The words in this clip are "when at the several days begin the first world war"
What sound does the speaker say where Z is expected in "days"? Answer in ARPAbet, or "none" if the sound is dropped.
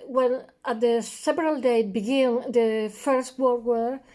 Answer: none